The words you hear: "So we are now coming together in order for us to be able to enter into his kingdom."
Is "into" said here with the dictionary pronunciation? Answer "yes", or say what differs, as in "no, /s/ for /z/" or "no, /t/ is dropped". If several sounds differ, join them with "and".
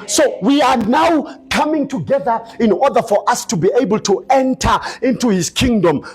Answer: yes